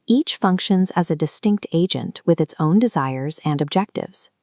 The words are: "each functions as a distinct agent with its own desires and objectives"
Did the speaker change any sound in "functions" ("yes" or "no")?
no